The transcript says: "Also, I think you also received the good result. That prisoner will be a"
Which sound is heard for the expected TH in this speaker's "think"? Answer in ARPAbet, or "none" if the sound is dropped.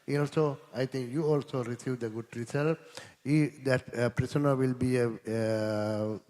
T